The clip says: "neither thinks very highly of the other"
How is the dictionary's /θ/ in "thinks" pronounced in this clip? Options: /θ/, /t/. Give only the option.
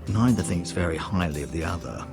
/θ/